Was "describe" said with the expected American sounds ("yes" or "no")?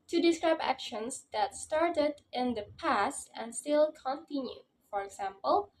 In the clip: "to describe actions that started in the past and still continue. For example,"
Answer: yes